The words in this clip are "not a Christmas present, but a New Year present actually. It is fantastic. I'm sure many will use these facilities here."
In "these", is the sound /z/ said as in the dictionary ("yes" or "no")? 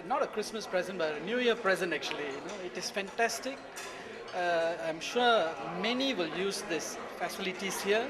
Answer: no